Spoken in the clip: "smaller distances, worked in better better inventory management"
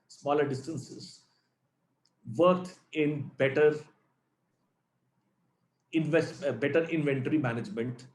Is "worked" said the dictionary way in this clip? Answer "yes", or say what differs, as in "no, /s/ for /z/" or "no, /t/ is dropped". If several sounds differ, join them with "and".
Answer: no, /t/ is dropped